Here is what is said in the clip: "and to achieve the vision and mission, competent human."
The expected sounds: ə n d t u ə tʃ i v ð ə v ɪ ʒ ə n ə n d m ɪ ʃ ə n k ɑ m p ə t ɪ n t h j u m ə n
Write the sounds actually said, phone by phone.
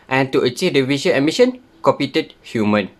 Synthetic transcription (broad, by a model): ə n t u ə tʃ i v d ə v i ʃ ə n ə m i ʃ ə n k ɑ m p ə t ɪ t h j u m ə n